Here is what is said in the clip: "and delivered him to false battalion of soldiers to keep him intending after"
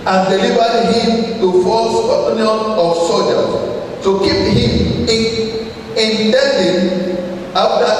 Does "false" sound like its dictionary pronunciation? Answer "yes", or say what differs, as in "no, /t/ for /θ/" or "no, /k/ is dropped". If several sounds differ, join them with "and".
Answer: no, /l/ is dropped